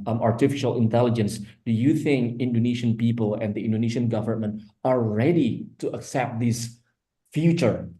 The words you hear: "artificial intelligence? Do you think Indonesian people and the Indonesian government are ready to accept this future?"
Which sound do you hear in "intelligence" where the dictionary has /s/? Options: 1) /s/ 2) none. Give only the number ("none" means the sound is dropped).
1